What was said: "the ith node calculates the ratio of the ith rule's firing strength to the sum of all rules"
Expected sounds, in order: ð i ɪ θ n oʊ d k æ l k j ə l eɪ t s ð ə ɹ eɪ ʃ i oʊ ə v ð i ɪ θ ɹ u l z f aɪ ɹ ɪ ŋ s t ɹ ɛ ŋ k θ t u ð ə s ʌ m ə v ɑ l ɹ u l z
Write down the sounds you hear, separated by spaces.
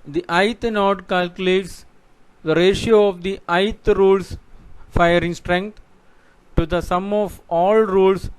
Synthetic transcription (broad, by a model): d i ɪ t n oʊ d k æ l k j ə l eɪ t s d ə ɹ eɪ ʃ i oʊ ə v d i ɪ t ɹ u l s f aɪ ɹ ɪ ŋ s t ɹ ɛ ŋ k t t u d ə s ʌ m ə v ɑ l ɹ u l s